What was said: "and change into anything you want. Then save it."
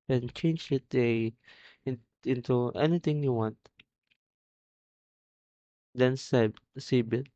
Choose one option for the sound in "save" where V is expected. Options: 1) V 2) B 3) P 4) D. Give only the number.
2